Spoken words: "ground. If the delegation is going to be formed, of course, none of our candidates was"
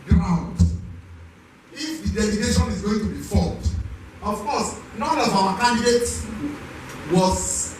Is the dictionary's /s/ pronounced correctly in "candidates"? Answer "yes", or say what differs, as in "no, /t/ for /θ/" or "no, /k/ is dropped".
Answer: no, /s/ is dropped